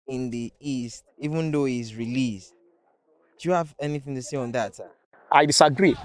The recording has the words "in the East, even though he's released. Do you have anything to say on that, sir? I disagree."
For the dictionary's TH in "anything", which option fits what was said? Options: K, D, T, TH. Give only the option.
TH